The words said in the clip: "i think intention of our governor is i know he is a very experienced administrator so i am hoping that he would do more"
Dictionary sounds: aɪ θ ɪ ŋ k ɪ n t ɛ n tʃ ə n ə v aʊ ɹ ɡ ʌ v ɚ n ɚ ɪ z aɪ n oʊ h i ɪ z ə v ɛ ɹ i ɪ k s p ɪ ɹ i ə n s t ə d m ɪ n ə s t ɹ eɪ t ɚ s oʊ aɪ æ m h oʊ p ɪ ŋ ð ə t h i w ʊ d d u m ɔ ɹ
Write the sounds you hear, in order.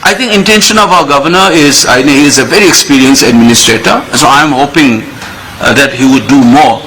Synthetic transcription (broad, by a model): aɪ t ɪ ŋ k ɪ n t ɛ n ʃ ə n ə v aʊ ɹ ɡ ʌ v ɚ n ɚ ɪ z aɪ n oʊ h i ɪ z ə v ɛ ɹ i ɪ k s p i ɹ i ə n s ə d m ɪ n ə s t ɹ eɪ t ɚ s oʊ aɪ m h oʊ p ɪ ŋ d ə t h i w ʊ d d u m ɔ ɹ